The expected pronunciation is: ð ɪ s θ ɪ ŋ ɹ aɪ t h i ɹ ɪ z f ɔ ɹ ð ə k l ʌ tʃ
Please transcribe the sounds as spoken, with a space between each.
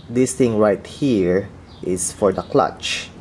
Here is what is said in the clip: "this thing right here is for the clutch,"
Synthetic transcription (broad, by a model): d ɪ s t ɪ ŋ ɹ aɪ t h i ɹ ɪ s f ɔ ɹ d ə k l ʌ tʃ